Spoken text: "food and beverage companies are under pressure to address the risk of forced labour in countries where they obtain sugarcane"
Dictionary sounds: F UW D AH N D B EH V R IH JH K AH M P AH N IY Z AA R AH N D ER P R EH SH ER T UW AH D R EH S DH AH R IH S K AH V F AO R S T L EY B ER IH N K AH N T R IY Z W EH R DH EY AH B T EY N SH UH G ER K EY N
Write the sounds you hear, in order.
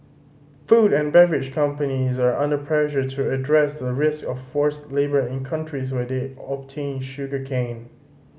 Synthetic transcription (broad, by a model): F UW D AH N B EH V R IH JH K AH M P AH N IY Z AA R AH N D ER P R EH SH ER T UW AH D R EH S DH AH R IH S K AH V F AO R S L EY B ER IH N K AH N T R IY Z W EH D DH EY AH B T EY N SH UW G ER K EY N